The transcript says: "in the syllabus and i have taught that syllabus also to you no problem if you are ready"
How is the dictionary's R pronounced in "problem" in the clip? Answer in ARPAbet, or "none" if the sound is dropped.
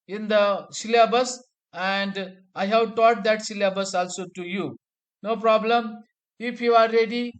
R